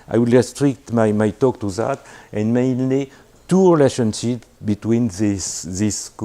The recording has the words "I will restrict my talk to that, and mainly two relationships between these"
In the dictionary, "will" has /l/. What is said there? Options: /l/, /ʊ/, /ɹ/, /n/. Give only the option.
/l/